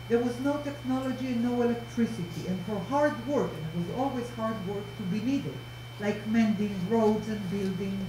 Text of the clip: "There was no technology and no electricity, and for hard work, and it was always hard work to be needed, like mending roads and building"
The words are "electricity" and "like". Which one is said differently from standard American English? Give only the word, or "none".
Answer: none